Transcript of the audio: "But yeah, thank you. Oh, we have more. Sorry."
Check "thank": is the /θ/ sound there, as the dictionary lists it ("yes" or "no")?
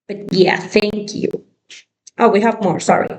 yes